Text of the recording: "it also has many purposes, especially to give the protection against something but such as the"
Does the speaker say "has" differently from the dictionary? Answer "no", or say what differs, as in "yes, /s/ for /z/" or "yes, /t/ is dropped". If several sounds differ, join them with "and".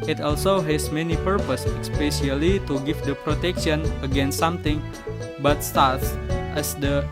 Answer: yes, /s/ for /z/